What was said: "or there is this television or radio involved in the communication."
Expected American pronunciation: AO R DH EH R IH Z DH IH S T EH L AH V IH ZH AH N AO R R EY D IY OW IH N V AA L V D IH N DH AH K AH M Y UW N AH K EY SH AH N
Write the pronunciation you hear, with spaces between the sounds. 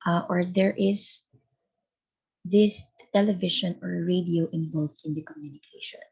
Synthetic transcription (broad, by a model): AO R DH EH R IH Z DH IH S T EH L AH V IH SH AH N AO R R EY D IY OW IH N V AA L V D IH N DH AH K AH M Y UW N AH K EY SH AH N